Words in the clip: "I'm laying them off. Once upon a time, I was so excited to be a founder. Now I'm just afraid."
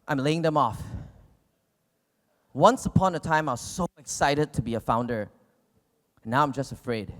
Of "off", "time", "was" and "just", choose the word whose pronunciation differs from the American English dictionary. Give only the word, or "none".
none